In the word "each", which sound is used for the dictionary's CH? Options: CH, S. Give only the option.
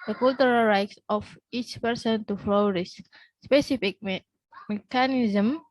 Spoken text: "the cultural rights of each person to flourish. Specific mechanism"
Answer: CH